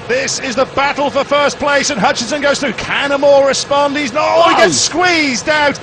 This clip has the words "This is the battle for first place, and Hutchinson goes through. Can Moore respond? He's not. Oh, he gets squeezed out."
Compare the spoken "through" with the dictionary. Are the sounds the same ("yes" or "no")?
yes